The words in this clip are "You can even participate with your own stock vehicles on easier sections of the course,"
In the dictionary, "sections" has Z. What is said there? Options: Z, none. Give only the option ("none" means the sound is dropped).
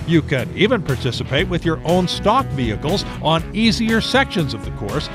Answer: Z